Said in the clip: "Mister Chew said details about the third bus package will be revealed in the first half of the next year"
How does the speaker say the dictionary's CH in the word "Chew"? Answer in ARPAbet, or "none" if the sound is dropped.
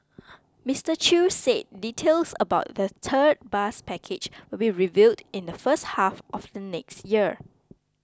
CH